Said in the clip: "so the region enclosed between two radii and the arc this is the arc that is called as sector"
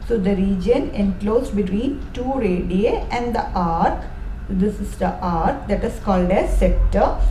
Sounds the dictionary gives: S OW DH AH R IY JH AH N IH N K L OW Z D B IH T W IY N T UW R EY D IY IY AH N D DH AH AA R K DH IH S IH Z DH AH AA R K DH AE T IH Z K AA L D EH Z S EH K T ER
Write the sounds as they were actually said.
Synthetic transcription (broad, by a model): S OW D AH R IY JH AH N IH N K L OW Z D B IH T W IY N T UW R EY D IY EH AH N D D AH AA R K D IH S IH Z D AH AA R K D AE T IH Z K AA L D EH S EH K T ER